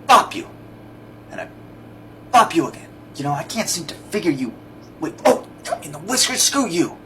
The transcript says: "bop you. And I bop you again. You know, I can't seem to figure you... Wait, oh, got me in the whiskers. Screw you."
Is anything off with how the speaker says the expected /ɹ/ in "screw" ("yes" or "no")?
yes